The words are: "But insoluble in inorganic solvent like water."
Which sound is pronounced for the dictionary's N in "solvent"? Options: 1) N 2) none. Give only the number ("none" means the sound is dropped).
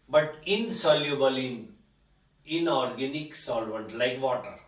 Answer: 1